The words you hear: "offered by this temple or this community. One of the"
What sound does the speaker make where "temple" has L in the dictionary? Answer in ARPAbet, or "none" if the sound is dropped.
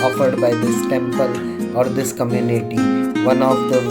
L